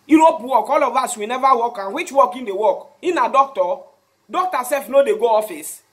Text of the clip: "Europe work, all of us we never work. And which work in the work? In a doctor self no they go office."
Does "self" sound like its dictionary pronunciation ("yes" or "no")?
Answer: no